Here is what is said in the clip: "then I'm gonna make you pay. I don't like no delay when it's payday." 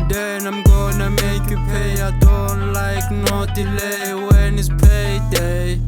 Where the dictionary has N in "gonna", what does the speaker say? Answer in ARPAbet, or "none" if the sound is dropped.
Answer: N